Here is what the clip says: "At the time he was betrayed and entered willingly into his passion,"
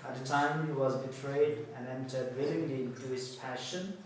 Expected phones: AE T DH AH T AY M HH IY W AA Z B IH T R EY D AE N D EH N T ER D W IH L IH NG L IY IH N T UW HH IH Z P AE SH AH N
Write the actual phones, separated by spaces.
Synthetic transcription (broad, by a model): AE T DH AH T AY M HH IY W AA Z B IH T R EY D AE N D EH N T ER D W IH L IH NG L IY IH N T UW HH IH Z P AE SH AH N